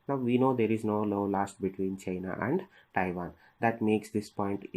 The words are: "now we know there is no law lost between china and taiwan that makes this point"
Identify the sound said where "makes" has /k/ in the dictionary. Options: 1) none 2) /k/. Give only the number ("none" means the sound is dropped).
2